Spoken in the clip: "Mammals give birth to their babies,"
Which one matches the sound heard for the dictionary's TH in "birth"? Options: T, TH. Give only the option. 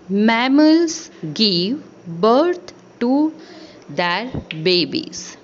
T